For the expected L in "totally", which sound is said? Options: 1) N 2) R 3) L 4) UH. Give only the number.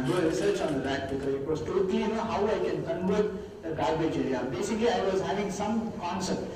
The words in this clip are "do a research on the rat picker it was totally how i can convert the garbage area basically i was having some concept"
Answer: 1